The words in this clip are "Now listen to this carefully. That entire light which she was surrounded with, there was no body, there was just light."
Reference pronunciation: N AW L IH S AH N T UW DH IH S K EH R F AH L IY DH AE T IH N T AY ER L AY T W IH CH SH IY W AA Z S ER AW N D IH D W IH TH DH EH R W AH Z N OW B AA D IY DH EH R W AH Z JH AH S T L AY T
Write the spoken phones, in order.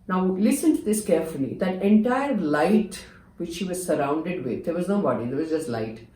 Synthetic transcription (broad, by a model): N AW L IH S AH N T UW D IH S K EH R F AH L IY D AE T IH N T AY ER L AY T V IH CH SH IY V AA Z S ER AW N D IH D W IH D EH R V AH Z N OW B AA D IY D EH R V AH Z JH AH S T L AY T